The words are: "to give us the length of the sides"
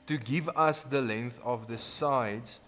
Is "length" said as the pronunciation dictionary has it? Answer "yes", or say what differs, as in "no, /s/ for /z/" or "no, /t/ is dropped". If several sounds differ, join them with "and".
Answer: yes